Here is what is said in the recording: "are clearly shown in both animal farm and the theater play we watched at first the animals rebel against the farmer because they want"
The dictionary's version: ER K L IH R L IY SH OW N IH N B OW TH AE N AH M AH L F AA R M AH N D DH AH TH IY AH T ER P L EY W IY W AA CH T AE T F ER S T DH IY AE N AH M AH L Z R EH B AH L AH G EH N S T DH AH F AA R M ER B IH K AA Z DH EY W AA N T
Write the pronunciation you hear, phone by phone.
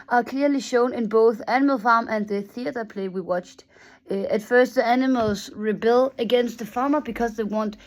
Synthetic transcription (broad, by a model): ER K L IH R L IY SH OW N IH N B OW TH AE N AH M AH L F AA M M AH N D DH AH TH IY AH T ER P L EY W IY W AA CH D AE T F ER S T DH IY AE N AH M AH L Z R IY B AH L AH G EH N S T DH AH F AA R M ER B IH K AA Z DH EY W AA N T